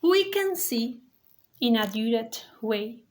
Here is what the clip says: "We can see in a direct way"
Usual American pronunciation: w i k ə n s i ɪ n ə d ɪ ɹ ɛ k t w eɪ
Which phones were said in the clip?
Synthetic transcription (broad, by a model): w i k ə n s i ɪ n ə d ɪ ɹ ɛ t w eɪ